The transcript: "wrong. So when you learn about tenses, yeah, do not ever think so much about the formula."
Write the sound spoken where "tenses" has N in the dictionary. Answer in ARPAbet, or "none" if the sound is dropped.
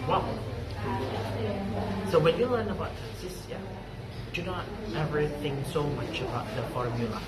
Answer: none